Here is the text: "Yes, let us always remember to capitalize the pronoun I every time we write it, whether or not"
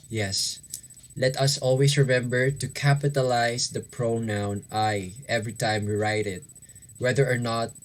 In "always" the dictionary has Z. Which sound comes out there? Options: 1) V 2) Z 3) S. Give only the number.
3